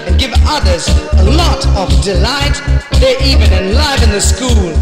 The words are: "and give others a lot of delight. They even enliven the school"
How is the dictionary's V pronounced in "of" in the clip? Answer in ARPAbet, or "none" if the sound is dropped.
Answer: V